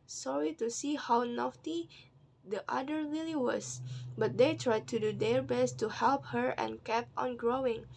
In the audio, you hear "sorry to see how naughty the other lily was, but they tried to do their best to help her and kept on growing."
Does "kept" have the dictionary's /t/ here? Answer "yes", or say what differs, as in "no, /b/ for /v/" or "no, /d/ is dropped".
no, /t/ is dropped